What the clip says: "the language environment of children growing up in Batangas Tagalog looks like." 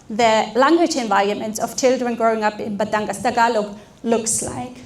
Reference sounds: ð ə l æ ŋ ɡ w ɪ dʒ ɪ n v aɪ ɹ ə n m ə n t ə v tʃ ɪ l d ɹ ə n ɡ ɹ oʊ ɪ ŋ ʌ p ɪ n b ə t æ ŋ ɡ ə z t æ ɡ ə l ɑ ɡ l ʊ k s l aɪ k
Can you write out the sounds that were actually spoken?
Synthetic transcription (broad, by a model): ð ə l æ ŋ ɡ w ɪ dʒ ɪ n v aɪ ɹ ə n m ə n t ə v tʃ ɪ l d ɹ ə n ɡ ɹ oʊ ɪ ŋ ʌ p ɪ n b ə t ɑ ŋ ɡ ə s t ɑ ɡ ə l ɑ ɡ l ʊ k s l aɪ k